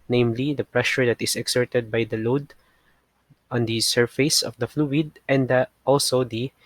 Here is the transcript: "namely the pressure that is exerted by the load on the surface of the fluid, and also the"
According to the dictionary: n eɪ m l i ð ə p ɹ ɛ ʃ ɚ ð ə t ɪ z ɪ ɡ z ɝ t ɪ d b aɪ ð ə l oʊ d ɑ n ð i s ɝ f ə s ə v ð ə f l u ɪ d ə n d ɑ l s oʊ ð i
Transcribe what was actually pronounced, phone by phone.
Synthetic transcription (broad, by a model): n eɪ m l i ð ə p ɹ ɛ ʃ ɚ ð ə t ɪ s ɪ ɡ s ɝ t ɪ d b aɪ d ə l oʊ d ɑ n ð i s ɝ f ə s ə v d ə f l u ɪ d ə n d ɑ l s oʊ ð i